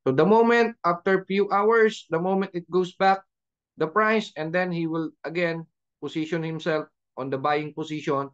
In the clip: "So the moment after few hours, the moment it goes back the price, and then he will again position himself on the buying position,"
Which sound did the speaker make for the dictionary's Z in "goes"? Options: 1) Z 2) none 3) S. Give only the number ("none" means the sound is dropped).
3